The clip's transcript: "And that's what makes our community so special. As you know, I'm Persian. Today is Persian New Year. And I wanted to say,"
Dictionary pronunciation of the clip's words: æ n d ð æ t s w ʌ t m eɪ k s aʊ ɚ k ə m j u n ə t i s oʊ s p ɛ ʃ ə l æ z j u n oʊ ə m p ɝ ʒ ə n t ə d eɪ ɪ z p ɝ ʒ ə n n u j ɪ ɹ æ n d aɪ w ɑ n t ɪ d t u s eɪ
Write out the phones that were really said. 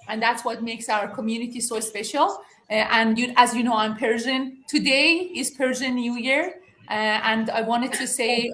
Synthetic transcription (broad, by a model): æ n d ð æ t s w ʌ t m eɪ k s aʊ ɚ k ə m j u n ə t i s oʊ s p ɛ ʃ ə l æ z j u n oʊ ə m p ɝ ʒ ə n t ə d eɪ ɪ z p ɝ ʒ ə n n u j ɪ ɹ æ n d aɪ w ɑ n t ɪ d t u s eɪ